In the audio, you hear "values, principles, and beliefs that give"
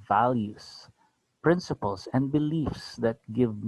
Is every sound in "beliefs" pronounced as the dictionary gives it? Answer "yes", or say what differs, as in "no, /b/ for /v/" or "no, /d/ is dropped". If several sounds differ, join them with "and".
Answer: yes